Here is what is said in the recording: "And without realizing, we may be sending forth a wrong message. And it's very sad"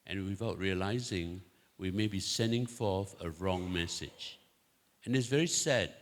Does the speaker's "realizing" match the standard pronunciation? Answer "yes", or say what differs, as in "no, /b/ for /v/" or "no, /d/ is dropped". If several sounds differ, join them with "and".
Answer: yes